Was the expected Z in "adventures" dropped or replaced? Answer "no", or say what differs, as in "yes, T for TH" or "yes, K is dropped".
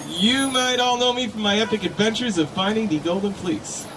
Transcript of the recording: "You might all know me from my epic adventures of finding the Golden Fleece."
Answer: no